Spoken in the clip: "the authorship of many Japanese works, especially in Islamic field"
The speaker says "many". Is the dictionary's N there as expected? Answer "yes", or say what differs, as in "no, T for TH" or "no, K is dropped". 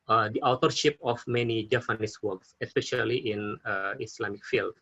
yes